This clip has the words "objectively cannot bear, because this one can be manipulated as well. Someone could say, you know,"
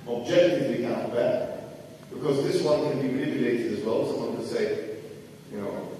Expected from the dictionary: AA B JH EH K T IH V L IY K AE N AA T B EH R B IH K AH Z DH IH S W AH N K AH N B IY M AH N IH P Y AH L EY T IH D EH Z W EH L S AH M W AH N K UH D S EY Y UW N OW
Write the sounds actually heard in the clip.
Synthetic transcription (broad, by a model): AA B JH EH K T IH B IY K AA AA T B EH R B IH K AH Z DH IH S W AH N K AH N B IY M AH N IH P Y AH L EY T IH D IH Z W EH L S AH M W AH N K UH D S EY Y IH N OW